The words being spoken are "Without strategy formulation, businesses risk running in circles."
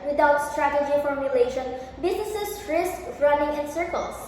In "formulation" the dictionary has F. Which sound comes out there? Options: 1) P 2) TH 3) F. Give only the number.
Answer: 3